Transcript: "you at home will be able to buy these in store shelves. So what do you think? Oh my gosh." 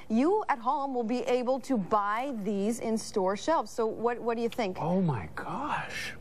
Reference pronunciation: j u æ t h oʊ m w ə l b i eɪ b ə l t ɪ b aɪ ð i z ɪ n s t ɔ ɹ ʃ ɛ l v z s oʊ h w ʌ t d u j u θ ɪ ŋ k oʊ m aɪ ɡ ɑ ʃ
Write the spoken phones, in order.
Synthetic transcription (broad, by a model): j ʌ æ t h oʊ m w ə l b i eɪ b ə l t ɪ b aɪ ð i z ɪ n s t ɔ ɹ ʃ ɛ l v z s oʊ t w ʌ t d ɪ j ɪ θ ɪ ŋ k oʊ m aɪ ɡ ɑ ʃ